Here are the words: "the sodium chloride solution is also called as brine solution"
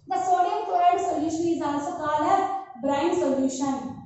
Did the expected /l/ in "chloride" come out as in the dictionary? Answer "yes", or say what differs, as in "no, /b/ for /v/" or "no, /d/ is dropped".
no, /l/ is dropped